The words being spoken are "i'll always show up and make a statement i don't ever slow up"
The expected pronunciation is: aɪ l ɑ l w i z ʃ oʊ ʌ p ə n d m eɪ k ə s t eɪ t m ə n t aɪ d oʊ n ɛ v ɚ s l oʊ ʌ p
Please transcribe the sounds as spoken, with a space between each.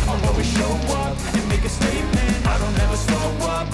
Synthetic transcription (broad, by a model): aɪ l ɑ w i ʃ oʊ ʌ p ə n m eɪ k ə s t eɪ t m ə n aɪ d oʊ n ɛ v ɚ s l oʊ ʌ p